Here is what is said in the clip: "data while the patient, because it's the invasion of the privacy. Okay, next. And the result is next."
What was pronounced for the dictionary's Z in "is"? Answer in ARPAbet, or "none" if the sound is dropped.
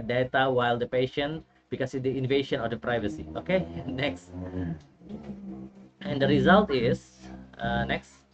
S